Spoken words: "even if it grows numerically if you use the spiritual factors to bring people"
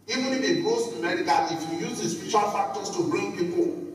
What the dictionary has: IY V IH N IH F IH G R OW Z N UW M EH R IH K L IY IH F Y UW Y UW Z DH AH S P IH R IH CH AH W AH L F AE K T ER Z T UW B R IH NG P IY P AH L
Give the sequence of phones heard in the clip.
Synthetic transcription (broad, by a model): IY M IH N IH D IH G OW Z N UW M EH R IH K IY IH F Y UW Y UW Z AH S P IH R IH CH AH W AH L F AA K T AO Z T UW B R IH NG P IY P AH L